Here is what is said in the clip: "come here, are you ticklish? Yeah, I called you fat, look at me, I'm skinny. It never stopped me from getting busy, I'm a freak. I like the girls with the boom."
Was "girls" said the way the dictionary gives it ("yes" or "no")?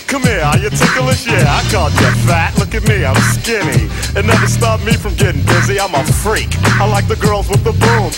yes